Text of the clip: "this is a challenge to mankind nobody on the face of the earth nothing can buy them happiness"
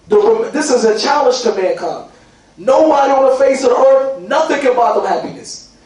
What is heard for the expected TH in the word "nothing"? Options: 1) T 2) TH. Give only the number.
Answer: 2